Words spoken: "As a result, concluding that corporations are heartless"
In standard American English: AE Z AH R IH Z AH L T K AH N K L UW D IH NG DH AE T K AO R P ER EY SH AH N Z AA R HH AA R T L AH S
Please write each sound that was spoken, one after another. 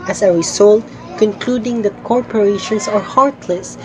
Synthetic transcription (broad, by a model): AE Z AH R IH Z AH L T K AH N K L UW D IH NG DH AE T K AO R P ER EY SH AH N S AA R HH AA R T L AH S